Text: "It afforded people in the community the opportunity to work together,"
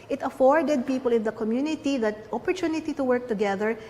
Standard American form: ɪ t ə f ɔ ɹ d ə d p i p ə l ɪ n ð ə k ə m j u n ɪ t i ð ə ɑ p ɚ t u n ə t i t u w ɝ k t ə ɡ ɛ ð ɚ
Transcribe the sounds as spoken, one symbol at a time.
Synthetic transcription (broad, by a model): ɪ t ə f ɔ ɹ d ə d p i p ə l ɪ n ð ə k ə m j u n ɪ t i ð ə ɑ p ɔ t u n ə t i t u w ɝ k t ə ɡ ɛ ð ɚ